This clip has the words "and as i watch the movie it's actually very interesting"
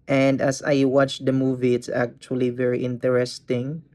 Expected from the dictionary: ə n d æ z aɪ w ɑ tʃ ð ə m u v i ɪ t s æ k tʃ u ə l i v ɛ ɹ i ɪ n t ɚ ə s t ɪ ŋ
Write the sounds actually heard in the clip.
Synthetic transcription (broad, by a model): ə n d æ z aɪ w ɑ tʃ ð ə m u v i ɪ t s æ k tʃ u ə l i v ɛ ɹ i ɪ n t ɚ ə s t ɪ ŋ